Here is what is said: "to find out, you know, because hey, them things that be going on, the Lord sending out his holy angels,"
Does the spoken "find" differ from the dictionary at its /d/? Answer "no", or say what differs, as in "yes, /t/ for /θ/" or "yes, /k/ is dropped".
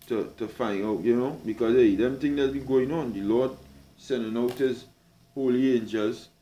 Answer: yes, /d/ is dropped